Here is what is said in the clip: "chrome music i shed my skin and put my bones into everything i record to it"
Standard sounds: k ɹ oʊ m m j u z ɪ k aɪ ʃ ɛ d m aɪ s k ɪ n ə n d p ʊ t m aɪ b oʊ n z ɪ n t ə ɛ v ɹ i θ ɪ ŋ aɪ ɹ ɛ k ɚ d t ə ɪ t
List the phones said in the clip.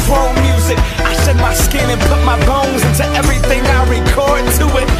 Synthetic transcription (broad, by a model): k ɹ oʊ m m j u z ɪ k aɪ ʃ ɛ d m aɪ s k ɪ n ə n p ʊ t m aɪ b oʊ n z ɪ n t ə ɛ v ɹ i θ ɪ ŋ aɪ ɹ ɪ k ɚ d t ə ɪ t